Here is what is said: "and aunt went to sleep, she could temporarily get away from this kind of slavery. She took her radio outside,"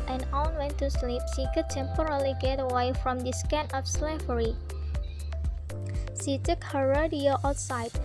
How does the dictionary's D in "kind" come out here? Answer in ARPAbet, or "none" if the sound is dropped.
none